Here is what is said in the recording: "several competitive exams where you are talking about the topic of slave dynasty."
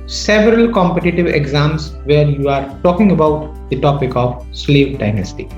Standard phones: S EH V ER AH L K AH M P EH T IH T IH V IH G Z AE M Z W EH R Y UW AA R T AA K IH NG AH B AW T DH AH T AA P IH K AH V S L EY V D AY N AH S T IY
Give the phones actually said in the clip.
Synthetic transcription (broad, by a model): S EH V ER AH L K AH M P EH T IH T IH V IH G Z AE M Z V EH R Y UW AA R T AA K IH NG AH B AW T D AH T AA P IH K AH V S L EY V D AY N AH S T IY